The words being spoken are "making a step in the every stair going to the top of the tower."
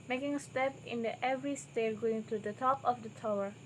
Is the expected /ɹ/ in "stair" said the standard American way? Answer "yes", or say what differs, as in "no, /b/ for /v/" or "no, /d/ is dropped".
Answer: no, /l/ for /ɹ/